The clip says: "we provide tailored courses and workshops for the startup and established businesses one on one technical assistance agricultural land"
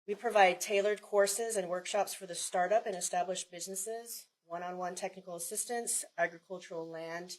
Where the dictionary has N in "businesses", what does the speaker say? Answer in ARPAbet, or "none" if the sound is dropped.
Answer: N